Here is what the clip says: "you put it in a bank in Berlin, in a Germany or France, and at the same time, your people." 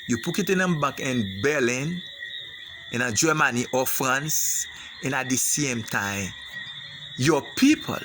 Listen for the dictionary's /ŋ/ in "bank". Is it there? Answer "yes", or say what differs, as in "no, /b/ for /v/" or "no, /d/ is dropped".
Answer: no, /ŋ/ is dropped